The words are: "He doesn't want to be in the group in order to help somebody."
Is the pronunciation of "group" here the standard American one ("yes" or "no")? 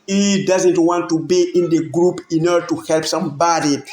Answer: yes